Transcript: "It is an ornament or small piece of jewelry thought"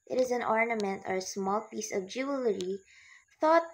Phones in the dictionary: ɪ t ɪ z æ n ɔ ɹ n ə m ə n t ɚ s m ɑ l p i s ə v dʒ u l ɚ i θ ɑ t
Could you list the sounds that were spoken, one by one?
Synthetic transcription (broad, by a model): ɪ t ɪ z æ n ɔ ɹ n ə m ə n t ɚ s m ɑ l p i s ə v dʒ u l ɚ i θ ɑ t